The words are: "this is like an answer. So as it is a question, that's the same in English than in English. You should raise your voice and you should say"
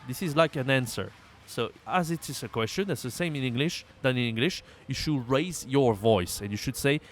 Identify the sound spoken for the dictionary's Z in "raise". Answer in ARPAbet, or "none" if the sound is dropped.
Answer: Z